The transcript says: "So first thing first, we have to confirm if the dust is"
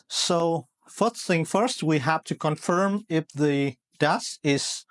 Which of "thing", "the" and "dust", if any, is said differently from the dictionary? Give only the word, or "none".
dust